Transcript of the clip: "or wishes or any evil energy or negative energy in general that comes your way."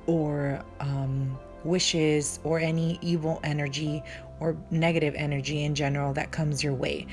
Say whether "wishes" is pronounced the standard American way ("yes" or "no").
yes